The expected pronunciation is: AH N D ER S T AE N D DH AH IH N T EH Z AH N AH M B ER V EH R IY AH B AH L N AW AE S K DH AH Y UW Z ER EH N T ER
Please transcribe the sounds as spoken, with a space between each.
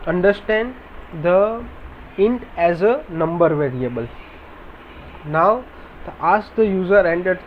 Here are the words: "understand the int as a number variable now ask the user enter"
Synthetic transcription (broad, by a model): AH N D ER S T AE N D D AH IH N T EH Z AH N AH M B ER V EH R IY AH B AH L N AW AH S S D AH Y UW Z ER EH N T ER